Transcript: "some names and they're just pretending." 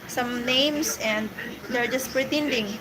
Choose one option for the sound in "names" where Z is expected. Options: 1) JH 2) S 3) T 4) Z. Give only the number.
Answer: 2